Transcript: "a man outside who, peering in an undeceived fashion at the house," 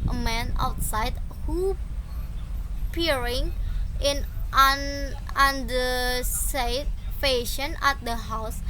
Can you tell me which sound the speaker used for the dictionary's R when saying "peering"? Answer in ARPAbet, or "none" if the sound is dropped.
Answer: R